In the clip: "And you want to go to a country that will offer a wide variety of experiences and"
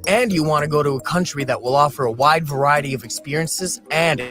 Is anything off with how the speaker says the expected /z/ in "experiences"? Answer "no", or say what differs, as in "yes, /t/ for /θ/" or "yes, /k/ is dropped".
no